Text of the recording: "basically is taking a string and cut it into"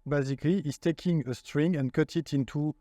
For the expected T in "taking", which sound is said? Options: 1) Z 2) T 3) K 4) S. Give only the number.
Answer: 2